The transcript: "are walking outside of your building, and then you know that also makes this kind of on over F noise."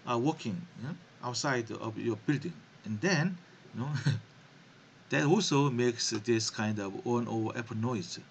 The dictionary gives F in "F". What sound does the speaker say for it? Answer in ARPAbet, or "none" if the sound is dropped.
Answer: P